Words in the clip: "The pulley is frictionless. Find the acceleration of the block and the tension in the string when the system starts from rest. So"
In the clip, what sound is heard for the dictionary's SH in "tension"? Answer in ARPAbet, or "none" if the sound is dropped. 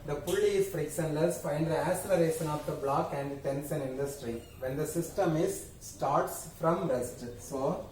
S